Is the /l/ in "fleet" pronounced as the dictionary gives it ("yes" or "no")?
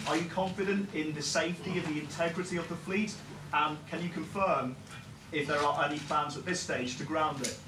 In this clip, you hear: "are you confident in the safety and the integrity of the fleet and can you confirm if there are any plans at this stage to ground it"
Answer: yes